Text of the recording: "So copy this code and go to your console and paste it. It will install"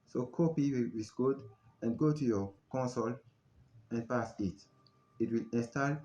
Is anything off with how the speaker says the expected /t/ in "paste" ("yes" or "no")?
yes